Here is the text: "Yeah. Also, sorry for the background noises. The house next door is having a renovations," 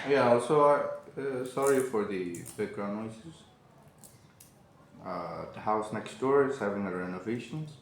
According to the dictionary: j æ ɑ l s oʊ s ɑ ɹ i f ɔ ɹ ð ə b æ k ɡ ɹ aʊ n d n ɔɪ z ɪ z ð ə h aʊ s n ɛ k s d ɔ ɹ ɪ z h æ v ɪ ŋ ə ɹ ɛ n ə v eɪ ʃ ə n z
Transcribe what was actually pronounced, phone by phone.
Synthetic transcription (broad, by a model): j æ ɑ l s oʊ s ɑ ɹ i f ɔ ɹ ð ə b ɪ ɡ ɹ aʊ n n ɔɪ s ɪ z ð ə h aʊ s n ɛ k s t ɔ ɹ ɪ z h æ v ɪ ŋ ə ɹ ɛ n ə v eɪ ʃ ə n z